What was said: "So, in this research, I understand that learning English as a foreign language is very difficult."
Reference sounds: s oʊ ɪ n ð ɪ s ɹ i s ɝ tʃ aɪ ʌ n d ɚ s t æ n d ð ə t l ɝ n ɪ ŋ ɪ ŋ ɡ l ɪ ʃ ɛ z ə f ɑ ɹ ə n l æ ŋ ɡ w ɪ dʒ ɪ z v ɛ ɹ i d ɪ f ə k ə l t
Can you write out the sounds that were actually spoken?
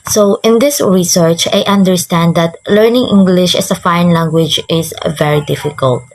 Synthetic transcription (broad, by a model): s oʊ ɪ n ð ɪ s ɹ i s ɝ tʃ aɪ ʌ n d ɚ s t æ n d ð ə t l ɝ n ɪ ŋ ɪ ŋ ɡ l ɪ ʃ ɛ s ə f ɑ ə n l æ ŋ ɡ w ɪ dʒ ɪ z v ɛ ɹ i d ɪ f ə k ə l t